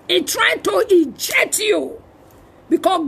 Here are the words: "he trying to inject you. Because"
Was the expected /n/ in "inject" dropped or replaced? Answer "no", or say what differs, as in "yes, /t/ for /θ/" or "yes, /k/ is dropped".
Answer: yes, /n/ is dropped